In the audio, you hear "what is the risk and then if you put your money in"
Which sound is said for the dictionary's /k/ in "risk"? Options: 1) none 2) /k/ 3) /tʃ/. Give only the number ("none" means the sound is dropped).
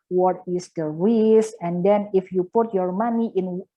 1